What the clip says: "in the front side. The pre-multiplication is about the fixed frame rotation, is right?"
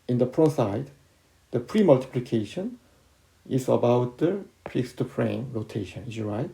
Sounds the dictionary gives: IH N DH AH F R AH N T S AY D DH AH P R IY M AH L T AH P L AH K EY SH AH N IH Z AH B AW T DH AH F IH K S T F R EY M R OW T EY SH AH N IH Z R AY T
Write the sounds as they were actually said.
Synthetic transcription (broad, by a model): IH N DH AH P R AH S AY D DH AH P R IY M AH L T AH P L AH K EY SH AH N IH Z AH B AW T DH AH P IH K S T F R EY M R OW T EY SH AH N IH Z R AY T